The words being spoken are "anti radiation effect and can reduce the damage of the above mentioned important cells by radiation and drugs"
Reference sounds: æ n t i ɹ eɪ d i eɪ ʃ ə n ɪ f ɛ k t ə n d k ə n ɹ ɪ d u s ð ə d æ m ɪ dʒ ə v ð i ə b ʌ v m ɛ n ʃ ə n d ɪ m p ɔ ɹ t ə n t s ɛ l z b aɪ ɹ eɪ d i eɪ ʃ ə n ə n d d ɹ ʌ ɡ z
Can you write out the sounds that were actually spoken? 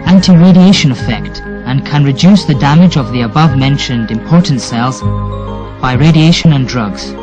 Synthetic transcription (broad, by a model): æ n t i ɹ eɪ d i eɪ ʃ ə n ɪ f ɛ k t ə n k ə n ɹ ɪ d u s ð ə d æ m ɪ dʒ ə v ð i ə b ʌ v m ɛ n ʃ ə n d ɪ m p ɔ ɹ t n t s ɛ l z b aɪ ɹ eɪ d i eɪ ʃ ə n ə n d d ɹ ʌ ɡ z